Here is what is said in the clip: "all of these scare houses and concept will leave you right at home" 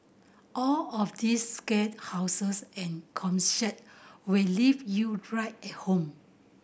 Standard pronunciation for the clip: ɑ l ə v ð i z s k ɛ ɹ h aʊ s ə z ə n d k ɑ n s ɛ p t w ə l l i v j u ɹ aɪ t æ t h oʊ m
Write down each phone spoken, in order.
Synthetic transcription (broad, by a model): ɑ l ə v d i s k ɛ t h aʊ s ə s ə n k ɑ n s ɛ t w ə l l i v j u ɹ aɪ t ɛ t h oʊ m